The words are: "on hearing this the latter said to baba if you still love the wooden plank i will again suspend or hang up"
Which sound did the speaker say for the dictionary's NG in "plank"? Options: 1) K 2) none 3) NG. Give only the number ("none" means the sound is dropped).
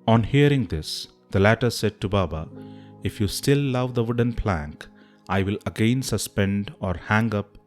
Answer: 3